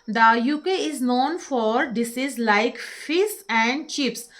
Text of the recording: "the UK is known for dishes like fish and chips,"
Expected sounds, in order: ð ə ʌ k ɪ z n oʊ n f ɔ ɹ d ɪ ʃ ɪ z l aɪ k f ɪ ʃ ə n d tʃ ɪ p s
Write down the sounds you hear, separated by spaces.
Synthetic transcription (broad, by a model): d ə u k ɪ z n oʊ n f ɔ ɹ d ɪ s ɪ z l aɪ k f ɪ s ə n d tʃ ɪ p s